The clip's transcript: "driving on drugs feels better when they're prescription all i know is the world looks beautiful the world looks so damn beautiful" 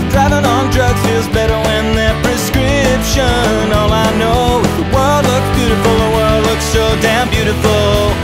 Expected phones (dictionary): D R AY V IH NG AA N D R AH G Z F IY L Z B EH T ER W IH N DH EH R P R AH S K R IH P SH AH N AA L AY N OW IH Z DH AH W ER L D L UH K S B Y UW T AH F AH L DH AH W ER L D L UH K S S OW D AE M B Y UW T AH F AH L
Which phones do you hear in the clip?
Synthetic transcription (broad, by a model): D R AY V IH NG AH N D R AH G F IY L Z B EH T ER W IH N DH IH P R AH S K R IH P SH AH N AA L AY N OW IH W ER L D L UH K S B Y UW T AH F L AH W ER L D L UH K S S OW D AE M B Y UW T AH F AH L